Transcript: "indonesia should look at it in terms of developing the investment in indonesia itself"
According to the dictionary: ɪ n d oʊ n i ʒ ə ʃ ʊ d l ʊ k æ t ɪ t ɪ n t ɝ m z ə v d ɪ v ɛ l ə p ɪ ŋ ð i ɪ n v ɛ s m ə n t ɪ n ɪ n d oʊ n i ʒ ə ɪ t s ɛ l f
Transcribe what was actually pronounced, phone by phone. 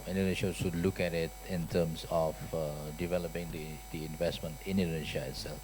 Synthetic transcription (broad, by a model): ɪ n d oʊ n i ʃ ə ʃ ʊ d l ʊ k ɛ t ɪ t ɪ n t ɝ m s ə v d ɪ v ɛ l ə p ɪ ŋ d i ɪ n v ɛ s m ə n t ɪ n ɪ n d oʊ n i ʃ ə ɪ t s ɛ l f